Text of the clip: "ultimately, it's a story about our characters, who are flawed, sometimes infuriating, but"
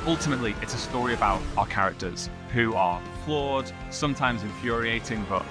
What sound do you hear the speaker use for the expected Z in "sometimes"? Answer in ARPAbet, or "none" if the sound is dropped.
Z